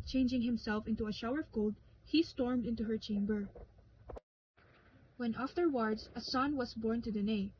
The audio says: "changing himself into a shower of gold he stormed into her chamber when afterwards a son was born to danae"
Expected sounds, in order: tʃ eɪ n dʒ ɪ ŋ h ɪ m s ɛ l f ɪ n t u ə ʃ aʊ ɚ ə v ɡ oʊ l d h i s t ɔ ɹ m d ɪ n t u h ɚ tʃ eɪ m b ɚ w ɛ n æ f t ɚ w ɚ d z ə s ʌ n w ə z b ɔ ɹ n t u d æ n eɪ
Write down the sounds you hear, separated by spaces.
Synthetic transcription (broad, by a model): tʃ eɪ n dʒ ɪ ŋ h ɪ m s ɛ l f ɪ n t u ə ʃ aʊ ɚ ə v ɡ oʊ l d h i s t ɔ ɹ m d ɪ n t u h ɚ tʃ eɪ m b ɚ w ɛ n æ f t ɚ w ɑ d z ə s ʌ n w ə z b ɔ ɹ n t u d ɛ n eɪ